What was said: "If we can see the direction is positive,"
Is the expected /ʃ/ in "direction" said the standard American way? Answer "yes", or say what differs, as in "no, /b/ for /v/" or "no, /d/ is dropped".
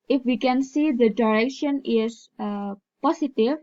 yes